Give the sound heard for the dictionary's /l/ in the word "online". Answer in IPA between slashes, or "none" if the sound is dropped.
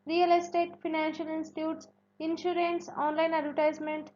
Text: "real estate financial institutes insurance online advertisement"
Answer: /l/